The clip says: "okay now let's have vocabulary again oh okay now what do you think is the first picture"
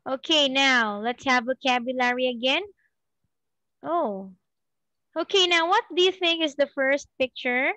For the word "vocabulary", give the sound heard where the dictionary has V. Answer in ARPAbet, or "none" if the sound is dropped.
V